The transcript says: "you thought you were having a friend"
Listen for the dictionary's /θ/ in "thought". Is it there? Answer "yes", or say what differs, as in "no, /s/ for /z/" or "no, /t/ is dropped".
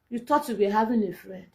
no, /t/ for /θ/